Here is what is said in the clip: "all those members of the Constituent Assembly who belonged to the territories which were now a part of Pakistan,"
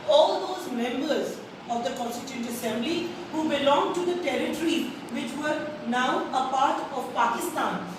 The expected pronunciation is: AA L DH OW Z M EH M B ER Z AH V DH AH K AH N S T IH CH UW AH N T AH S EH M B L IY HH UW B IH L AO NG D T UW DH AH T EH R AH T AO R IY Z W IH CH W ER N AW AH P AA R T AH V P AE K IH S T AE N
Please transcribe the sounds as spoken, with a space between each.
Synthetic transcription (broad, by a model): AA L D OW Z M EH M B ER Z AH V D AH K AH N S T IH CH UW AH N T AH S EH M B L IY HH UW B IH L AO NG T UW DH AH T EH R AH T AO R IY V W IH CH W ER N AW AH P AA R T AH V P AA K IH S T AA N